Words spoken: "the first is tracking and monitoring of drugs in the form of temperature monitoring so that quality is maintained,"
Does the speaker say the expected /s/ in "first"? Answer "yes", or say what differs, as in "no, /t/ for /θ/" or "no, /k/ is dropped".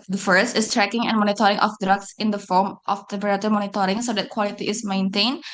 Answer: yes